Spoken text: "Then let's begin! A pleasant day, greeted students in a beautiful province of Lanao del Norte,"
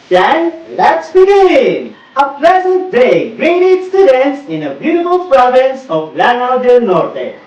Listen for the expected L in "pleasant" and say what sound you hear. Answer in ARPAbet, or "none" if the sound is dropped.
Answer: L